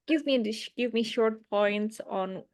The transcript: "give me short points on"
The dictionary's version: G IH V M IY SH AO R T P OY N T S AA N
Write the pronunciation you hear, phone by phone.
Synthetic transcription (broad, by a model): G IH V M IY SH AO R T P OY N T S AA N